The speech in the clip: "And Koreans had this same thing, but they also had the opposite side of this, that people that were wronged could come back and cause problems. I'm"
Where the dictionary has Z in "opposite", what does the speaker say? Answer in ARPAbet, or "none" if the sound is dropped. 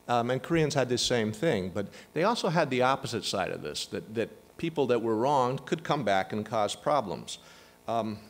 Z